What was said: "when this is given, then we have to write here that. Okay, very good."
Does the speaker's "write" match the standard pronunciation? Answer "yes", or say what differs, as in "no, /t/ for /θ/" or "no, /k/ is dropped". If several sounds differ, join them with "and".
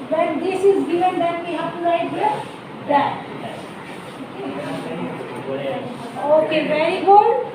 no, /l/ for /ɹ/